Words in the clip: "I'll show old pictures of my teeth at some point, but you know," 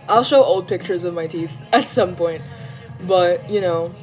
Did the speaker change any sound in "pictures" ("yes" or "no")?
no